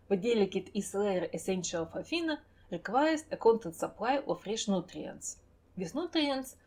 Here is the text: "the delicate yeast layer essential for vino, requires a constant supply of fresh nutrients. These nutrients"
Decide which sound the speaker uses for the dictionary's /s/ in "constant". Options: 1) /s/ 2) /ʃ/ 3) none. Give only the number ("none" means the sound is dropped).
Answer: 3